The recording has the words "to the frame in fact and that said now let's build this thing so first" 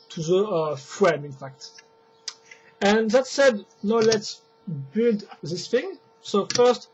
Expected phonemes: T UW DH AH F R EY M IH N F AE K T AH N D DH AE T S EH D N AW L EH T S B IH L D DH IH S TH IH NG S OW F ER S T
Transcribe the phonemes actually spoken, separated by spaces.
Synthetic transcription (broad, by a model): T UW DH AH F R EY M IH N F AE K T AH N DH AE T S EH D N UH L EH T S B IH L D DH IH S TH IH NG S OW F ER S T